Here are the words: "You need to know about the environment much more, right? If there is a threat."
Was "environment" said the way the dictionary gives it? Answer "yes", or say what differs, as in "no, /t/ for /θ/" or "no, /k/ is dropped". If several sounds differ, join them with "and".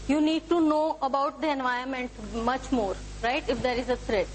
no, /ɹ/ is dropped